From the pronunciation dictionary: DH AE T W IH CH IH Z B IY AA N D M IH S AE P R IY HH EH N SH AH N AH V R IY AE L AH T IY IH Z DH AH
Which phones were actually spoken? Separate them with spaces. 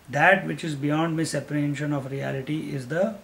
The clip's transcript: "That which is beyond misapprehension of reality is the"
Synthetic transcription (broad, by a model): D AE T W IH CH IH Z B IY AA N D M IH S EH P IY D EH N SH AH N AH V R IY AE L AH T IY IH Z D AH